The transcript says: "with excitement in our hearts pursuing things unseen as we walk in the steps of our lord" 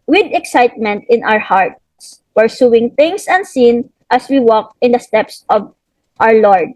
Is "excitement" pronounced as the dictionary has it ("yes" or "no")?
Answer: yes